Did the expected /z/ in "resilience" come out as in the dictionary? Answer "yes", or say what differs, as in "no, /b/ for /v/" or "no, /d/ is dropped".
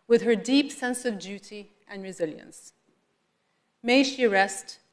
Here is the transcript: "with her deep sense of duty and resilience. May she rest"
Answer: yes